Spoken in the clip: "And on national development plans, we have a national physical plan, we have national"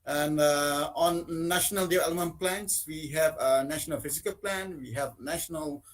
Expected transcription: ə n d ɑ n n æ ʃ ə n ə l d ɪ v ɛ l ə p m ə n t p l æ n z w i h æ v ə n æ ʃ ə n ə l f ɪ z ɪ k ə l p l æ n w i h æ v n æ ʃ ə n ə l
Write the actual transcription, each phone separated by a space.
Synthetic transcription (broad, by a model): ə n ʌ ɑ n n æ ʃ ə n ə l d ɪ ɛ l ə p m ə n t p l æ n s w i h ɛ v ə n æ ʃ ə n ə l f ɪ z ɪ k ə l p l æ n w i h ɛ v n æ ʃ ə n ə l